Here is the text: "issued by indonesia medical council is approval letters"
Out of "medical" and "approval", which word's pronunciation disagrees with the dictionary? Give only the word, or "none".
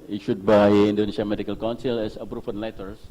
approval